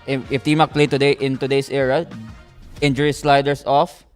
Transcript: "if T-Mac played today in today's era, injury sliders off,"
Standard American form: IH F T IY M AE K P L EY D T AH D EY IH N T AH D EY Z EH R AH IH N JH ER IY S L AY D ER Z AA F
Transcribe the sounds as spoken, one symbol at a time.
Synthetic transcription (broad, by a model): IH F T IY M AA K P L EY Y T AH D EY IH N T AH D EY S EH R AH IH N JH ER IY S L AY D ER S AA F